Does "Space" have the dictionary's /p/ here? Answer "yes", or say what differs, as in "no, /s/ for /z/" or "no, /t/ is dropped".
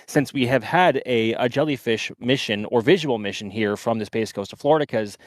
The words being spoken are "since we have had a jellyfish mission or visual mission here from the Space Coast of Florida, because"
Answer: no, /b/ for /p/